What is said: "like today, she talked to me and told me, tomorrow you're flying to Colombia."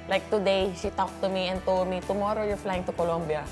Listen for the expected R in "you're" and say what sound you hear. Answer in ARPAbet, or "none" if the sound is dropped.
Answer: R